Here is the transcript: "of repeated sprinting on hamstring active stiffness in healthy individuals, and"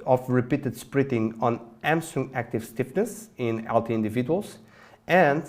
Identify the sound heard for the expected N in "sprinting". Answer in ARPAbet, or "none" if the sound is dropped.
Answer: none